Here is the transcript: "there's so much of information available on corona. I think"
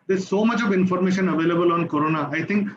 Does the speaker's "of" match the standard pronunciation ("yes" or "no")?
yes